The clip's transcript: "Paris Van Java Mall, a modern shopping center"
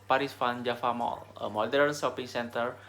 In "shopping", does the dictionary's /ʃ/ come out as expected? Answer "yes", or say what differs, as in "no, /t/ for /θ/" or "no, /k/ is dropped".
no, /s/ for /ʃ/